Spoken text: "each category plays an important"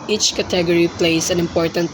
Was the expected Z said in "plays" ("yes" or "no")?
no